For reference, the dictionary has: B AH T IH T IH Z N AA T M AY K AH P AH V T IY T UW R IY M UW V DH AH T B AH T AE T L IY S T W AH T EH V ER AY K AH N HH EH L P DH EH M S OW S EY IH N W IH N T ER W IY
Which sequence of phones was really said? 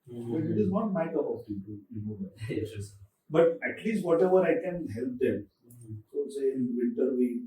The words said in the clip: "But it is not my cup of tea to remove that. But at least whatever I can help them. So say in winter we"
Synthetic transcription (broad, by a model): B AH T IH T IH Z N AA T M AY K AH B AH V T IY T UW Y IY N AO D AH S B AH T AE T L IY S T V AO T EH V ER AY K AH N HH EH L P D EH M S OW S EY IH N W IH N T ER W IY